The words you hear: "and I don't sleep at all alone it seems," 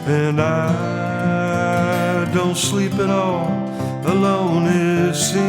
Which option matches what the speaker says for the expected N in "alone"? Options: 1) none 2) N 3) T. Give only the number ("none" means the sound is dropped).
2